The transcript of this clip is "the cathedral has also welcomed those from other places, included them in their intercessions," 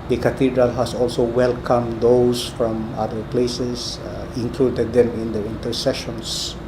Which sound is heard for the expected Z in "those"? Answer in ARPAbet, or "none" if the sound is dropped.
S